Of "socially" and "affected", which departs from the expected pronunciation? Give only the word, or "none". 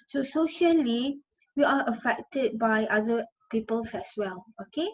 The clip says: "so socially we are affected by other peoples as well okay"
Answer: none